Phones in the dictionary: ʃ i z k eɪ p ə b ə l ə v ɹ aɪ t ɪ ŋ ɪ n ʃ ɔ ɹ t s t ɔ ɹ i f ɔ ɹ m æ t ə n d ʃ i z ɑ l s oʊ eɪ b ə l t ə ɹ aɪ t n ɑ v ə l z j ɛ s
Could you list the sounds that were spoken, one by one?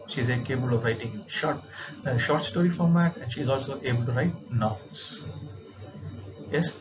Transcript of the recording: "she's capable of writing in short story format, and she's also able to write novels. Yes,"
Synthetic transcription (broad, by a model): ʃ i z k eɪ b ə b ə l ə v ɹ aɪ t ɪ ŋ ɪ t ʃ ɔ ɹ t s t ɔ ɹ i f ɔ ɹ m æ t ə n d ʃ i z ɑ l s oʊ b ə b t ə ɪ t n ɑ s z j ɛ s